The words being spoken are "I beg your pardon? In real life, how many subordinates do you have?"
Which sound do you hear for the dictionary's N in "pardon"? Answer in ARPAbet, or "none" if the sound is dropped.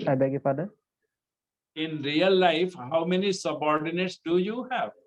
none